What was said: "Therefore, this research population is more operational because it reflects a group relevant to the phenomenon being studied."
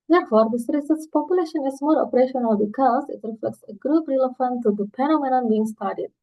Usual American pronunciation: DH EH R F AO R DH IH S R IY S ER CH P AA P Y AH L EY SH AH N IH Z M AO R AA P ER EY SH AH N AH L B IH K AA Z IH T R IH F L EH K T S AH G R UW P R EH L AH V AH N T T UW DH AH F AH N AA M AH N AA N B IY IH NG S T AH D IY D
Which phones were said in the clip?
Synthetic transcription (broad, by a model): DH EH R F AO R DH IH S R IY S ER S P AA P Y AH L EY SH AH N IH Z M AO R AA P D EY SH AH N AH L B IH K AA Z IH T R IH F L EH K T S AH G R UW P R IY L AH F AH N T T UW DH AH P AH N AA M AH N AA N B IY IH NG S T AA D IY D